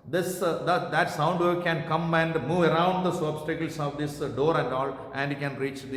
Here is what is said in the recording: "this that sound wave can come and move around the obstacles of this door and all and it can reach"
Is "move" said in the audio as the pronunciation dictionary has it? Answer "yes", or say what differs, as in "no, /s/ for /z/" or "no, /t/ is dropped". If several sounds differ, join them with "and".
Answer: yes